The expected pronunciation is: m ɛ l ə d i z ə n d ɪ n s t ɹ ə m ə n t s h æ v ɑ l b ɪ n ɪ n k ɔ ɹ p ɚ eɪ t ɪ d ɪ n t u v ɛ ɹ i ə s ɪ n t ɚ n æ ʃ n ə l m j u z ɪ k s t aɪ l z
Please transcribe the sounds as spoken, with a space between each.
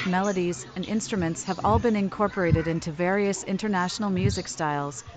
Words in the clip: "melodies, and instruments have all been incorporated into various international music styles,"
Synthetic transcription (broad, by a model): m ɛ l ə d i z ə n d ɪ n s t ɹ ə m ə n t s h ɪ v ɑ l b ɪ n ɪ n k ɔ ɹ p ɚ eɪ t ɪ d ɪ n t u v ɛ ɹ i ə s ɪ n t ɚ n æ ʃ n l m j u z ɪ k s t aɪ l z